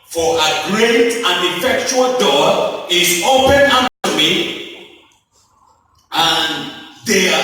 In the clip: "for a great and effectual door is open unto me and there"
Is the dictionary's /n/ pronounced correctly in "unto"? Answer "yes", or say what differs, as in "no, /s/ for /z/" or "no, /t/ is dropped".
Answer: no, /n/ is dropped